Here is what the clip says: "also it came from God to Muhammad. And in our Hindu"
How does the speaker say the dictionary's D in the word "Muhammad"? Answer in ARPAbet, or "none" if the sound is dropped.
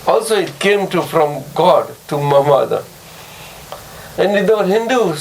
none